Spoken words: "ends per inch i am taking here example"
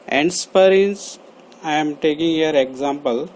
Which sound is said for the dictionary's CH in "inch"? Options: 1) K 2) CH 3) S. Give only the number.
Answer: 3